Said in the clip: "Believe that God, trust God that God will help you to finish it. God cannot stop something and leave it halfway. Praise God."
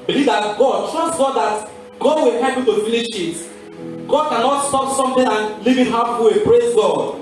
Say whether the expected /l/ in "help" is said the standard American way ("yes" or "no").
no